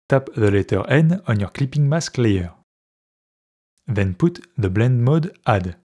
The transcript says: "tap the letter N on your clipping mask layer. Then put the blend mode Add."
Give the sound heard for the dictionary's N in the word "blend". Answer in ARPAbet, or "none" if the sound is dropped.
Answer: N